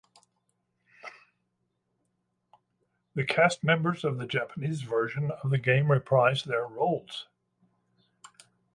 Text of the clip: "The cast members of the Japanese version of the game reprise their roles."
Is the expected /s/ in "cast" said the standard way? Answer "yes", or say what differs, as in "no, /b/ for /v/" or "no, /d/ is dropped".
yes